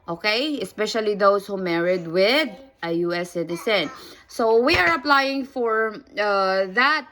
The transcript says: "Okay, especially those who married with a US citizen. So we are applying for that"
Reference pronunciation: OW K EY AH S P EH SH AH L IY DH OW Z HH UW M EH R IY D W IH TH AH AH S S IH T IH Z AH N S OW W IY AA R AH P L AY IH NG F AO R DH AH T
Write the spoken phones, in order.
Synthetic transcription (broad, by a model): OW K EY AH S P EH SH AH L IY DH OW S HH UW M EH R IY D W IH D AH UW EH S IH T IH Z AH N S OW W IY AA R AH P L AY IH NG F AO R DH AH T